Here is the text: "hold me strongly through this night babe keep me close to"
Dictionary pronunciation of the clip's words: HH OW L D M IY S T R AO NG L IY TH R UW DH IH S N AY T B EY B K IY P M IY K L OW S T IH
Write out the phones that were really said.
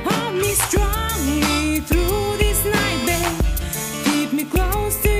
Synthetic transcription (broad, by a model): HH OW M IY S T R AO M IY TH R UW DH IH S N AY T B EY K K IY P M IY K L OW S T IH